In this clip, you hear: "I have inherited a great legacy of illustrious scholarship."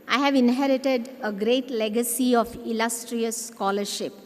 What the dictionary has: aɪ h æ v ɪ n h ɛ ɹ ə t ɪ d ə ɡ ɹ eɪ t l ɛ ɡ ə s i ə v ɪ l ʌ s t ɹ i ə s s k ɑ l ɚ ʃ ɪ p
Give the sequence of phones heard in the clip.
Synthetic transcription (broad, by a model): aɪ h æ v ɪ n h ɛ ɹ ə t ɪ d ə ɡ ɹ eɪ t l ɛ ɡ ə s i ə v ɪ l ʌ s t ɹ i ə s s k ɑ l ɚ ʃ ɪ p